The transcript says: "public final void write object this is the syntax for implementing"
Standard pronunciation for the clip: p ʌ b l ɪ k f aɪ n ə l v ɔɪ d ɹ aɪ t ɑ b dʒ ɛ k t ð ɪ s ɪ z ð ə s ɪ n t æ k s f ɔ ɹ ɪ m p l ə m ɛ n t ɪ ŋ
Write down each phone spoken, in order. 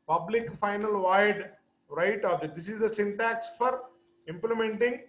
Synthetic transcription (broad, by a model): p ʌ b l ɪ k f aɪ n ə l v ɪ d ɹ aɪ t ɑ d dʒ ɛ t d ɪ s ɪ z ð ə s ɪ n t æ k s f ɔ ɹ ɪ m p l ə m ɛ n t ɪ ŋ